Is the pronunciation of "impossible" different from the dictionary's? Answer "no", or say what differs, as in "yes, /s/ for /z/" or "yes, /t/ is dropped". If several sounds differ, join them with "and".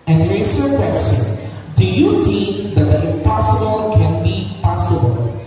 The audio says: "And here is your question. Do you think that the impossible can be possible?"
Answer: yes, /m/ is dropped